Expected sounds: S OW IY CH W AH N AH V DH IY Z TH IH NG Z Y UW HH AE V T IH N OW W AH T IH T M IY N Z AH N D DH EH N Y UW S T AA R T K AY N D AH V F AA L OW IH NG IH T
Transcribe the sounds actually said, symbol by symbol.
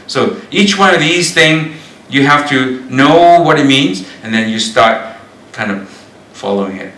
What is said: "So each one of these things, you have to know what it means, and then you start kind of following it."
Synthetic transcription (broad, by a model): S OW IY CH W AH N AH V DH IY Z TH IH NG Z Y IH HH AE F T IH N OW W AH T IH T M IY N Z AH N DH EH N Y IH S T AA R T K AY N D AH V F AA L OW IH NG IH T